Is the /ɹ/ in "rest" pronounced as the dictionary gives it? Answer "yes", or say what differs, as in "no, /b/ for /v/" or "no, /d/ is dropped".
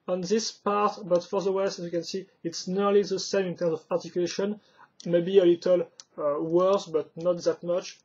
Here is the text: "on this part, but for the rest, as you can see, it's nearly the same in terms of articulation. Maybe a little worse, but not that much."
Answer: no, /w/ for /ɹ/